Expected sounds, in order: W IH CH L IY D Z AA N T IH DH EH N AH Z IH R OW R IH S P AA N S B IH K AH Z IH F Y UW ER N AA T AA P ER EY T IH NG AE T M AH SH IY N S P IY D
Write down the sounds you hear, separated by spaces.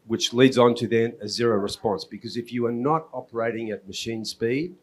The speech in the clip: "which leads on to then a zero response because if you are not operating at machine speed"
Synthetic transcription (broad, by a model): W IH CH L IY D Z N T IH DH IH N AH Z IH R OW R IH S P AA N S B IH K AH Z IH F Y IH ER N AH T AA P ER EY T IH NG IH T M AH SH IY N S P IY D